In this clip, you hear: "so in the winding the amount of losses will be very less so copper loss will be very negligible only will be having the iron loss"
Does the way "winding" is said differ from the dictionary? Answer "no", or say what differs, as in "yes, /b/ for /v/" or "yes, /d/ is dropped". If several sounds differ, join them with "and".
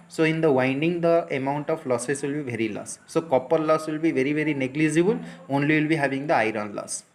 no